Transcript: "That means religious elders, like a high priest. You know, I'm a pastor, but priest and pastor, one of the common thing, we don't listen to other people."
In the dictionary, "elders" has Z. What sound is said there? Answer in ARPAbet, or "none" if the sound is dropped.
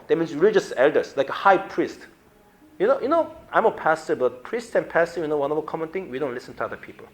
S